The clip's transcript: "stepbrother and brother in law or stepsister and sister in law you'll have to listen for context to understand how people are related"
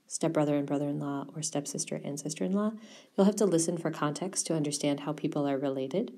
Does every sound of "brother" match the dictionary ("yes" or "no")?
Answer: yes